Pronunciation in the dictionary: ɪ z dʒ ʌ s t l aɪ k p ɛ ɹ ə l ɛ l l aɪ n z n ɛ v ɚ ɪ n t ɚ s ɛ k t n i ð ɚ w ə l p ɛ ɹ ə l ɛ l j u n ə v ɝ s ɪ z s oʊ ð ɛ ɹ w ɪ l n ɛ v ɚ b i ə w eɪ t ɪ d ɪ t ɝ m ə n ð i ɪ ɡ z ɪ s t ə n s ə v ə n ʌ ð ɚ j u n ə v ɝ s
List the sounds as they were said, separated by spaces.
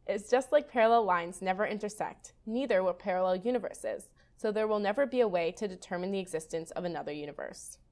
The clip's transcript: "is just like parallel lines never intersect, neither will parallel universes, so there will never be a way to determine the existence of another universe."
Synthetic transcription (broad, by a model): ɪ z dʒ ʌ s t l aɪ k p ɛ ɹ ə l ɛ l l aɪ n z n ɛ v ɚ ɪ n t ɚ s ɛ k t n i ð ɚ w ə p ɛ ɹ ə l ɛ l j u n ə v ɝ s ɪ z s oʊ ð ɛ ɹ w ɪ l n ɛ v ɚ b i ə w eɪ t ɪ d ɪ t ɝ m ə n ð i ɪ ɡ z ɪ s t ə n s ə v ə n ʌ ð ɚ j u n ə v ɝ s